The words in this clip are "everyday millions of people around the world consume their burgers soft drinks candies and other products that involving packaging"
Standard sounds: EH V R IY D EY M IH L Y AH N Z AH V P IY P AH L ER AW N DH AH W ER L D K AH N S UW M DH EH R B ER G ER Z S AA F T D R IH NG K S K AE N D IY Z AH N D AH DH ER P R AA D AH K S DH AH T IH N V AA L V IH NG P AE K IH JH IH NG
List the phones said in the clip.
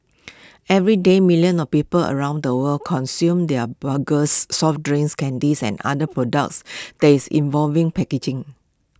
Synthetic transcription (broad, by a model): EH V R IY D EY M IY L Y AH N AH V P IY P AH L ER AW N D AH W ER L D K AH N S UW M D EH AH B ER G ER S AA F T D R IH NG S K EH N D IY S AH N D AH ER P R AA D AH K S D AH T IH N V AA L V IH NG P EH K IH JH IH NG